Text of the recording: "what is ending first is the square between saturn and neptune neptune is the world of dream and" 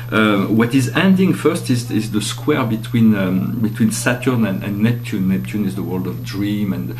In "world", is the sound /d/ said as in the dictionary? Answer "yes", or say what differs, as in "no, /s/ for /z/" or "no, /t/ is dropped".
yes